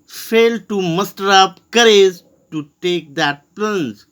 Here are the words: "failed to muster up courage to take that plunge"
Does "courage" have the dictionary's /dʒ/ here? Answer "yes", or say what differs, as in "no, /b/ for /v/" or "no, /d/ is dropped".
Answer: no, /z/ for /dʒ/